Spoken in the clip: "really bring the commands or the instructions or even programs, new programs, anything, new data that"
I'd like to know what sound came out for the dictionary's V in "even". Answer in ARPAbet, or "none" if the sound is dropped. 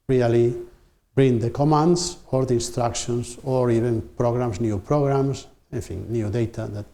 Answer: B